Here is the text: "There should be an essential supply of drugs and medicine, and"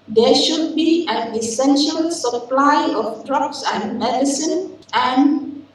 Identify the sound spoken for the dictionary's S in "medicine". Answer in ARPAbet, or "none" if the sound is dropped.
S